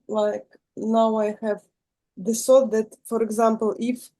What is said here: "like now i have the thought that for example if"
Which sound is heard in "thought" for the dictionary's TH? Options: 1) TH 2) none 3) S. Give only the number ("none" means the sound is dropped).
3